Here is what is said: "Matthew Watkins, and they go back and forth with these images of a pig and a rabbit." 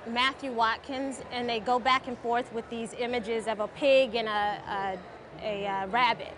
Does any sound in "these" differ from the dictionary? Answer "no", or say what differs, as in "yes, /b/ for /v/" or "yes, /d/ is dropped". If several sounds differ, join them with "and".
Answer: no